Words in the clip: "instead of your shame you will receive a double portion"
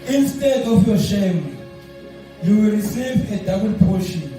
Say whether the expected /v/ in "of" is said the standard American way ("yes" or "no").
no